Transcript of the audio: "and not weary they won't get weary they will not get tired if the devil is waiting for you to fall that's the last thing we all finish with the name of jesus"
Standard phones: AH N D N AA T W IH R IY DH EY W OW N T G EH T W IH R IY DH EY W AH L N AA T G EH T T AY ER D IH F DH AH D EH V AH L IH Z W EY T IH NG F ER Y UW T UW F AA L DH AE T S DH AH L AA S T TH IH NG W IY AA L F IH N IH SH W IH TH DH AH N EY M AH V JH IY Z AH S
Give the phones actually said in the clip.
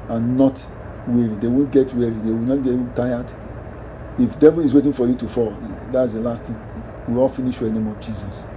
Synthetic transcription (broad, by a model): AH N N AA T W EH R IY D EY W OW N T G EH T W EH R IY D EY W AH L N AA T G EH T T AY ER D IH F D EH V AH L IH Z W EY T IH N F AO Y UW T UW F AA L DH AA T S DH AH L AA S T T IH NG W IY AA L F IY N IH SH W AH N EY M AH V JH IY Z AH S